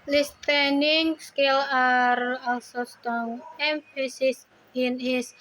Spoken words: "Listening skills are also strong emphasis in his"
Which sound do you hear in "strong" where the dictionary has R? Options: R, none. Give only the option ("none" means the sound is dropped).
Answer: none